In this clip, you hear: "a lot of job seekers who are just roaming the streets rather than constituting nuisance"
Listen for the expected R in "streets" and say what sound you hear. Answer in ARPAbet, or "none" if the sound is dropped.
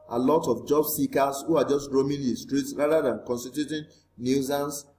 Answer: R